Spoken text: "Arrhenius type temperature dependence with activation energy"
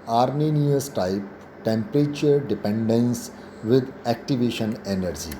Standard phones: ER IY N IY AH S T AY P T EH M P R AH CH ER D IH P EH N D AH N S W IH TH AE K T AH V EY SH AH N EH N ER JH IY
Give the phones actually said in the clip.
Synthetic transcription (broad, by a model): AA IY N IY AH S T AY P T EH M P R AH CH ER D IH P EH N D AH N S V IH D AE K T AH V EY SH AH N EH N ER JH IY